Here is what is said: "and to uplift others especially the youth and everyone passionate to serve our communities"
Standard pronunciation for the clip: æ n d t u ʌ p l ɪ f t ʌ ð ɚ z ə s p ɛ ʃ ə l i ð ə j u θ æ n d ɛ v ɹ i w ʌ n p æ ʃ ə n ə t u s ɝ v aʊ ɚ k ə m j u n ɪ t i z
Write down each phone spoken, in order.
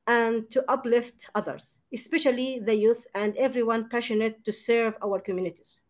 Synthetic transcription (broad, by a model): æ n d t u ʌ p l ɪ f t ʌ ð ɚ z ə s p ɛ ʃ ə l i ð ə j u θ æ n d ɛ v ɹ i w ʌ n p æ ʃ ə n ə t u s ɝ v aʊ ɚ k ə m j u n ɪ t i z